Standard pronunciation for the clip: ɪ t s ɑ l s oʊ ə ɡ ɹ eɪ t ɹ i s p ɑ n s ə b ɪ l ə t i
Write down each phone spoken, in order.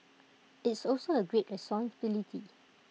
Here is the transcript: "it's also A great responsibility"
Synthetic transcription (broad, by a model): ɪ t s ɑ l s oʊ ə ɡ ɹ eɪ t ɹ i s ɑ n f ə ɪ l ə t i